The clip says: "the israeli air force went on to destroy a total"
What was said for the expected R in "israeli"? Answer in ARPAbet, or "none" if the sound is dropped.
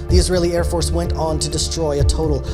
R